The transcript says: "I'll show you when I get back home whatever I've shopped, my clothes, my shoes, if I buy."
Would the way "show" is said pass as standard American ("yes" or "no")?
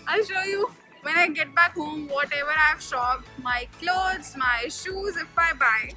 yes